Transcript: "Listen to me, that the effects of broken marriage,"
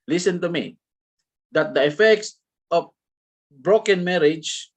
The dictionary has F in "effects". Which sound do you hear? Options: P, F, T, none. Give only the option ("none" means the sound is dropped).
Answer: F